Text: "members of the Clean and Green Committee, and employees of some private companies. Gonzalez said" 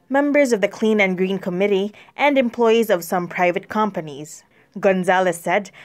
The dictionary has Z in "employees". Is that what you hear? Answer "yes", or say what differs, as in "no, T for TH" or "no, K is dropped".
yes